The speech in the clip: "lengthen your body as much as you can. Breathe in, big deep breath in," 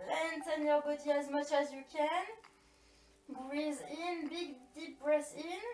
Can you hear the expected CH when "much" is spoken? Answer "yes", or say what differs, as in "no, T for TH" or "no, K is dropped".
yes